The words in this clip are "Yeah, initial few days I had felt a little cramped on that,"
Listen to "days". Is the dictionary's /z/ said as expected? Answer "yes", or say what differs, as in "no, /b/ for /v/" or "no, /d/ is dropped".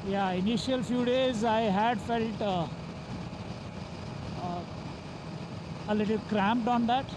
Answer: yes